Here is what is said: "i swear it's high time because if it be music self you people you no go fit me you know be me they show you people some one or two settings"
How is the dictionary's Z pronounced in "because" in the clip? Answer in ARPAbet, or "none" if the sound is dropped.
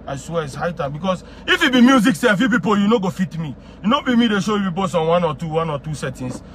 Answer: S